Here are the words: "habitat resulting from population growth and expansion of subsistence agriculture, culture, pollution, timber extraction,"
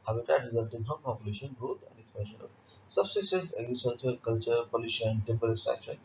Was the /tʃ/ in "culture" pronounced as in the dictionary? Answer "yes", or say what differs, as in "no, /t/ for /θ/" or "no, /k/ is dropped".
yes